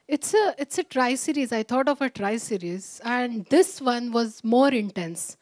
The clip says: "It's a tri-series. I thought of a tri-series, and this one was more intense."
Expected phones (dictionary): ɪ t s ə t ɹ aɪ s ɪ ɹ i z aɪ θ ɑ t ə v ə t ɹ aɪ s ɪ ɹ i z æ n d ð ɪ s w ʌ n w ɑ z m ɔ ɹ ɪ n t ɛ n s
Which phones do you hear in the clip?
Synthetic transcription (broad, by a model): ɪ t s ə t ɹ aɪ s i ɹ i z aɪ t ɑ t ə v ə t ɹ aɪ s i ɹ i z æ n d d ɪ s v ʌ n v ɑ z m ɔ ɹ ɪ n t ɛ n s